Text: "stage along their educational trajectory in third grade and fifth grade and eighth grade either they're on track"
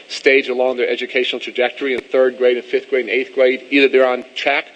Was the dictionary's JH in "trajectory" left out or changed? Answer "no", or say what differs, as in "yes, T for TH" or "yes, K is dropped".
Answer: no